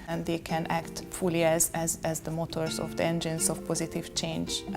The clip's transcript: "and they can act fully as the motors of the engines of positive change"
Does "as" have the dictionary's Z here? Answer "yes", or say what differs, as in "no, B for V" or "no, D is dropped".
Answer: yes